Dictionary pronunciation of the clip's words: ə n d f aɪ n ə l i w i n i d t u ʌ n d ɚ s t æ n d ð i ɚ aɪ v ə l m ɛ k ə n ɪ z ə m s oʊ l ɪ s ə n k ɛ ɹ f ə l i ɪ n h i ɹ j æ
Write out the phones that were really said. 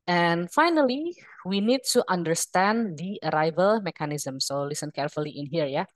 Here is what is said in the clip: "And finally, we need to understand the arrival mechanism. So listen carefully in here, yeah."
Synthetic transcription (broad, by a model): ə n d f aɪ n ə l i w i n i d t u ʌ n d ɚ s t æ n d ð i ɚ aɪ v ə l m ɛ k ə n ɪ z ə m s oʊ l ɪ s ə n k ɛ ɹ f ə l i ɪ n h i ɹ j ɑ